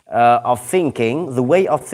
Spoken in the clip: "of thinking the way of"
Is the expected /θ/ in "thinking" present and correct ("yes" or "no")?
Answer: yes